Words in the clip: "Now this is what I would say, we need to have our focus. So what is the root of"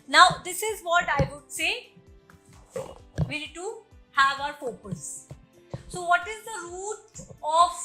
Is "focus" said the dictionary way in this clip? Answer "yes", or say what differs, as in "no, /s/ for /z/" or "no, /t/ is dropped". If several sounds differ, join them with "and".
no, /p/ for /f/